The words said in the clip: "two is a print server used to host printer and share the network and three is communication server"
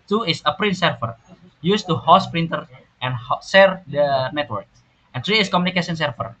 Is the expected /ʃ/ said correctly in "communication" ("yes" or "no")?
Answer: no